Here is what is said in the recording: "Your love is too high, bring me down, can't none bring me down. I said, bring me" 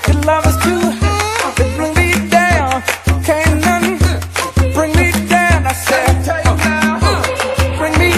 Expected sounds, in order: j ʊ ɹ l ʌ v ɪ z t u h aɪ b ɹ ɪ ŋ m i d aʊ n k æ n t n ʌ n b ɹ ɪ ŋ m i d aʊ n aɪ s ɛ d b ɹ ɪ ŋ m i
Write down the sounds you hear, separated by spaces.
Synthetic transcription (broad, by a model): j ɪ l ʌ v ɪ s t u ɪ b ɹ ɪ ŋ m i d aʊ n k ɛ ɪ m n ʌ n b ɹ ɪ ŋ m i d aʊ n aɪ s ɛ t b ɹ ɪ ŋ m i